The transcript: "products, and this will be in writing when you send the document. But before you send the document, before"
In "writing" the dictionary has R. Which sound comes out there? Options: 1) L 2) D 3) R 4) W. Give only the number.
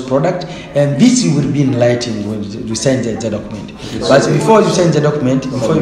1